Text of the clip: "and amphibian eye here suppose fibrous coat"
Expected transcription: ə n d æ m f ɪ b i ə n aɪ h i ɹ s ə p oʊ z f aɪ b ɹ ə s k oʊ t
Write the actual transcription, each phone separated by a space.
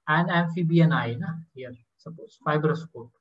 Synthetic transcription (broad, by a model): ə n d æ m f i b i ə n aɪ h i ɹ s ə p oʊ s f aɪ b ɹ ə s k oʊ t